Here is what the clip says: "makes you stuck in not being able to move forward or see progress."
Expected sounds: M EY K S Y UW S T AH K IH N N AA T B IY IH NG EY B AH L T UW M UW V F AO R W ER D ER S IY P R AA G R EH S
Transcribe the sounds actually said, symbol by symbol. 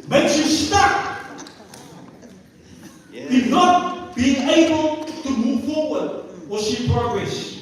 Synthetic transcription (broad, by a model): M EY K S Y UW S T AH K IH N N AA T B IY IH NG EY B AH L T UW M UW V F AO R W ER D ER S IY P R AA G R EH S